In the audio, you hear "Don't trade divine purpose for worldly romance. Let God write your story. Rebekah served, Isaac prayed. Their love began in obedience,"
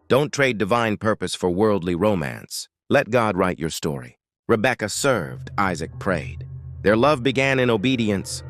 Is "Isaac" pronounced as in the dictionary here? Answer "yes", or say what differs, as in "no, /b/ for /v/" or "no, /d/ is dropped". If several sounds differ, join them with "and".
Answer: yes